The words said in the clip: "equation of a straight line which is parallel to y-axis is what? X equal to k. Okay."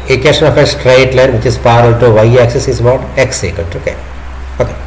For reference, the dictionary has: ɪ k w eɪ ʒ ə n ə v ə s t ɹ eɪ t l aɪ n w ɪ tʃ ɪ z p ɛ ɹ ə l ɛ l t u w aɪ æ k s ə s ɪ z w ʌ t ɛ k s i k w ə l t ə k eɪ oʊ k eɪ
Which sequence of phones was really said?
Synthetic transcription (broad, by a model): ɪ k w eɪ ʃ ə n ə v ə s t ɹ eɪ t l aɪ n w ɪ tʃ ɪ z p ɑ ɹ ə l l t u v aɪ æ k s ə s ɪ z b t ɛ k s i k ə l t ə k eɪ oʊ k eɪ